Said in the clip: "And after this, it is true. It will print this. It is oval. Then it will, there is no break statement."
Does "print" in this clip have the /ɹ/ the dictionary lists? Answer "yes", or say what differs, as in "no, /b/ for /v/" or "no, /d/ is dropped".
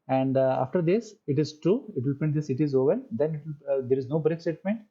no, /ɹ/ is dropped